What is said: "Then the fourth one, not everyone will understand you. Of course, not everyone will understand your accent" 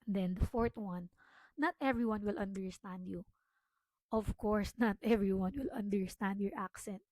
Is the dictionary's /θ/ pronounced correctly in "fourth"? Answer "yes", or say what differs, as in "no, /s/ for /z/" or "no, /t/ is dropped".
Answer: no, /t/ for /θ/